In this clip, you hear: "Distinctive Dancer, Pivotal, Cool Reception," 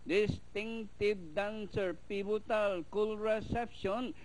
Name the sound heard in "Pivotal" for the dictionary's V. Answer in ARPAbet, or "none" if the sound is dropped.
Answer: B